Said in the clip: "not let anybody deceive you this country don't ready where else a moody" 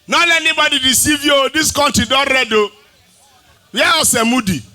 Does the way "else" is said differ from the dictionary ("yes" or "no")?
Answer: yes